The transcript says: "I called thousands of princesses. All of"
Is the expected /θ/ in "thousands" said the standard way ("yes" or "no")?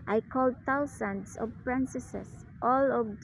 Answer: no